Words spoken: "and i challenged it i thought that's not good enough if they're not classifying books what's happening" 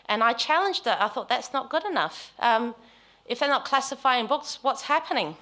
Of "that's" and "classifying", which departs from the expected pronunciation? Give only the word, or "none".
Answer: none